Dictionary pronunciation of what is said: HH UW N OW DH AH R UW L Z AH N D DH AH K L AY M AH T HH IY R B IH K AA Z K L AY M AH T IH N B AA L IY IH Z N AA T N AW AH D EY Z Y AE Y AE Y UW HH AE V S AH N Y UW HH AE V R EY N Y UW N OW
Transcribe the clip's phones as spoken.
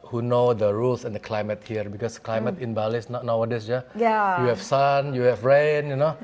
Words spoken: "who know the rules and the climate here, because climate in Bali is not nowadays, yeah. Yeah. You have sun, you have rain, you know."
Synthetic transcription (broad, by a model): HH UW N OW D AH R UW L S AH N D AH K L AY M AH T HH IY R B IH K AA S K L AY M AH T IH N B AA L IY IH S N AA T N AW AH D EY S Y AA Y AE Y UW HH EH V S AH N Y UW HH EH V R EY N Y UW N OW